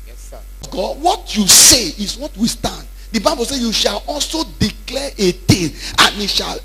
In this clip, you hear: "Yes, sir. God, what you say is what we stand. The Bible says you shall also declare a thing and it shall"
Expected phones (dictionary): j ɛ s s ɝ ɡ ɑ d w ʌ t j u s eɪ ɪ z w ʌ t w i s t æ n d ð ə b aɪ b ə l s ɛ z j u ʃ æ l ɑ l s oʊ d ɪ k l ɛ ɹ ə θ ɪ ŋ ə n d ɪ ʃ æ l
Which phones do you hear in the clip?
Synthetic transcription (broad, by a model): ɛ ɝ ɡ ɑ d w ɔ t j u s eɪ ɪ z w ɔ t w i s t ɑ n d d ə b aɪ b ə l s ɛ j u ʃ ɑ l ɑ l s oʊ d ɪ k l ɛ ɹ ə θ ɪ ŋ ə n ɪ ʃ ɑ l